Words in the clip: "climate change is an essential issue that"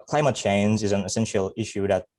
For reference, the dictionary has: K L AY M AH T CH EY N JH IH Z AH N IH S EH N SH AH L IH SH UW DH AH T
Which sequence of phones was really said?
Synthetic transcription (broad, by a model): K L AY M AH T CH EY N JH IH Z AH N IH S EH N SH L IH SH UW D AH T